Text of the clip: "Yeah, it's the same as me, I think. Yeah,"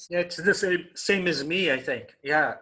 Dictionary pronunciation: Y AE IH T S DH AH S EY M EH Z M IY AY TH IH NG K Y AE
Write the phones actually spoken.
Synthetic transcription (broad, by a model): Y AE IH T S DH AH S EY M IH Z M IY AY TH IH NG K Y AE